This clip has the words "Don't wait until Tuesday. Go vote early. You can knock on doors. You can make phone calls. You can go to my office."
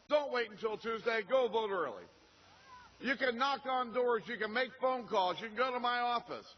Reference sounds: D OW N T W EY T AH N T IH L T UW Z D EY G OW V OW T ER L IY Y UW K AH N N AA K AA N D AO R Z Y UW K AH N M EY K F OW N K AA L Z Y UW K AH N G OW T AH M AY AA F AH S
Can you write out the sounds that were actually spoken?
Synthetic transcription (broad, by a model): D OW N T W EY T N T IH L T UW Z D EY G OW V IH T ER L IY Y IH K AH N N AA K N D AO R Z Y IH K AH N M EY K F OW N K AA L Z Y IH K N G OW T AH M AY AA F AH S